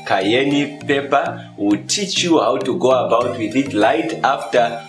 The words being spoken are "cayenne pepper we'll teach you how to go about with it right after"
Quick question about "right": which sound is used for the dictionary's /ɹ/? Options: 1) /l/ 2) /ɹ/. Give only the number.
1